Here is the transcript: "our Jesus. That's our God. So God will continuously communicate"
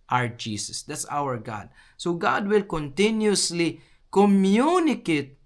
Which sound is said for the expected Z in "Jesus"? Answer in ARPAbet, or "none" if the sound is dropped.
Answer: S